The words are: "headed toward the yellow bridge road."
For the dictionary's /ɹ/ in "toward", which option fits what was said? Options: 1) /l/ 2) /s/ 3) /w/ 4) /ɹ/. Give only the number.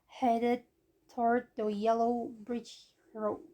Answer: 4